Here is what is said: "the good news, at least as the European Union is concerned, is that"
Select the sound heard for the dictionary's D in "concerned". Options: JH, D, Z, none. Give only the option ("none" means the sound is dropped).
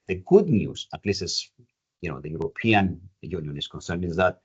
none